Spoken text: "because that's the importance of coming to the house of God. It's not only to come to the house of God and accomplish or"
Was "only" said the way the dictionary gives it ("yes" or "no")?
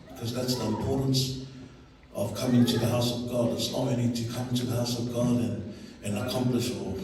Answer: no